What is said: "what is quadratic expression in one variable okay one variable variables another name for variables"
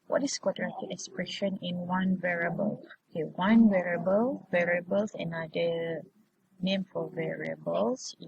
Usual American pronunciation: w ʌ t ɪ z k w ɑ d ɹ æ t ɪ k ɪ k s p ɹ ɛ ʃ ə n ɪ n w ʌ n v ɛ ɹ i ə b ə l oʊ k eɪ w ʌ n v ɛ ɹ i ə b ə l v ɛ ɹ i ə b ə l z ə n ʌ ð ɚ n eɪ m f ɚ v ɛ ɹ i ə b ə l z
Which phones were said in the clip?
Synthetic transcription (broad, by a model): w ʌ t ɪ s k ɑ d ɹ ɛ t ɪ ɪ k s p ɹ ɛ ʃ ə n ɪ n w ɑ n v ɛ ɹ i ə b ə l oʊ k eɪ w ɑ n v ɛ ɹ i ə b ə l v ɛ ɹ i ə b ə l s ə n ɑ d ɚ n eɪ m f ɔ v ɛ ɹ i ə b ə l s